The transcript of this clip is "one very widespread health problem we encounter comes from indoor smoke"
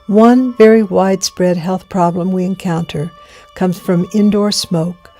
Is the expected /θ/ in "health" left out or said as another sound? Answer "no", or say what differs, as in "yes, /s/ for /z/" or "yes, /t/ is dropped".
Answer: no